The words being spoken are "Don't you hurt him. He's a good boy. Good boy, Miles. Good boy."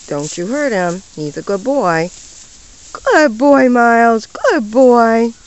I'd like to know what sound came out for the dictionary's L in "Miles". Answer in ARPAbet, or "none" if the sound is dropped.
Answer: L